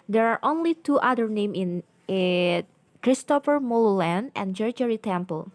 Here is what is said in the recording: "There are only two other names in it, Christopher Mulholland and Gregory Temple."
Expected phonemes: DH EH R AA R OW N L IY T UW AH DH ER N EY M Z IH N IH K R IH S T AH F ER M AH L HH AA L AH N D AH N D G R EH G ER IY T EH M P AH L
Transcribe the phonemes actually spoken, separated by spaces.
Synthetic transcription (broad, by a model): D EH R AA R OW N L IY T UW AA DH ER N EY M IH N IH K R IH S T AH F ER M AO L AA L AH N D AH N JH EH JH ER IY T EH M P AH L